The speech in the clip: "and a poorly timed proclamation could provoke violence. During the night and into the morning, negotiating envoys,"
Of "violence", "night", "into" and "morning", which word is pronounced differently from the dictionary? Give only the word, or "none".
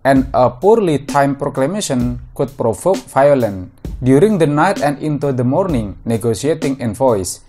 violence